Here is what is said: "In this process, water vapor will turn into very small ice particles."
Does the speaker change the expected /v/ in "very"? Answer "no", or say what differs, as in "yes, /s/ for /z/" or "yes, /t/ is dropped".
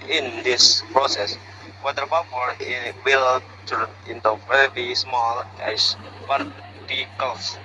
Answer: yes, /p/ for /v/